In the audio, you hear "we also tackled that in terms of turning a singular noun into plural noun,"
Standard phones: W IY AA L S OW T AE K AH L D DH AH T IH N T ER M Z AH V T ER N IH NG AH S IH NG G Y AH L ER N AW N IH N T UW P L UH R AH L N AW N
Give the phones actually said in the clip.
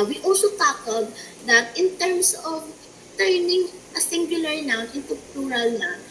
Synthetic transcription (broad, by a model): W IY AA L S OW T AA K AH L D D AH T IH N T ER M S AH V T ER N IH NG AH S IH NG G Y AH L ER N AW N IH N T UW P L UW R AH L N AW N